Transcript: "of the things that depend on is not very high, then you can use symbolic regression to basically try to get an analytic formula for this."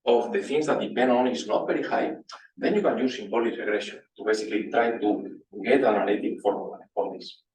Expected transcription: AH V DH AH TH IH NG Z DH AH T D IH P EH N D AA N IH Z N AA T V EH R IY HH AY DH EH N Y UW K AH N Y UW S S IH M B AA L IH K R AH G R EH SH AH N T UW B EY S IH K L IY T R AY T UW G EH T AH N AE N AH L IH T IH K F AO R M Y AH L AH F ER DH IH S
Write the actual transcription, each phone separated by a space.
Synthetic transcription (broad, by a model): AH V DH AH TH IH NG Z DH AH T D IH P EH N D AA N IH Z N AA T B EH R IY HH AY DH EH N Y UW K AH N Y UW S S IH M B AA L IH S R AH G R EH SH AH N T UW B EY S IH K L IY T R AY T UW G EH T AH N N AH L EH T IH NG F AO R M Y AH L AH P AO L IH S